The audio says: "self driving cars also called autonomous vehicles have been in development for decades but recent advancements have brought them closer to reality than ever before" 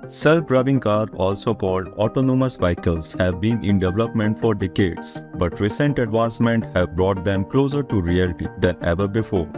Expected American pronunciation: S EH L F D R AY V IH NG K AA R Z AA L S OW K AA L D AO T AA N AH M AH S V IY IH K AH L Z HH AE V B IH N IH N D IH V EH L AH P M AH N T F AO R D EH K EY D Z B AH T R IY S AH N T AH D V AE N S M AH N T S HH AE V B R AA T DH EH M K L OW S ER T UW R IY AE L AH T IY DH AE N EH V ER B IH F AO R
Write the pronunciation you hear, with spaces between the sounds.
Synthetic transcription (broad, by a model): S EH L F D R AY B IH NG K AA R AA L S OW K AA L D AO T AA N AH M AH S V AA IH K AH L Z HH AE V B IH N IH N D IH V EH L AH P M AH N T F AO R D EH K EY D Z B AH T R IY S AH N T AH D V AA N S M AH N T HH AE V B R AA T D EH M K L OW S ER T UW R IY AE L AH T IY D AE N EH V ER B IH F AO R